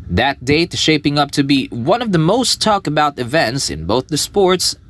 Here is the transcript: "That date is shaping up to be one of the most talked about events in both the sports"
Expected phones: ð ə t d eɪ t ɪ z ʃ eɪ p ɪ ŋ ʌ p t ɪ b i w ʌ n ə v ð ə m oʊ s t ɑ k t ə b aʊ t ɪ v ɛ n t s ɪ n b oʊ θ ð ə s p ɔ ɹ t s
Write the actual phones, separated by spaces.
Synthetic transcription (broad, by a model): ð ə t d eɪ ɪ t ʃ eɪ p ɪ ŋ ʌ p t ɪ b i w ʌ n ə v ð ə m oʊ s t ɑ k ə b aʊ t ɪ v ɛ n t s ɪ n b oʊ θ ð ə s p ɔ ɹ t s